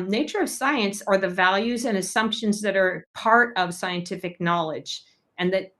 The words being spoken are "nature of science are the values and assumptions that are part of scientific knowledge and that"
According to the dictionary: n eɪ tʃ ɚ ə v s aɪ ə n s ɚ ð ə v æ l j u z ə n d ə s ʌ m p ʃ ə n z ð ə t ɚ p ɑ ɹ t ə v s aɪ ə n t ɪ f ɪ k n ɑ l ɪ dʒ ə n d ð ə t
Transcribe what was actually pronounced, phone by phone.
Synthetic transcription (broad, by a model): n eɪ tʃ ɚ ə v s aɪ ə n s ɚ ð ə v æ l j u z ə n ə s ʌ m p ʃ ə n z ð ə t ɚ p ɑ ɹ t ə v s aɪ ə n t ɪ f ɪ k n ɑ l ɪ dʒ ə n ð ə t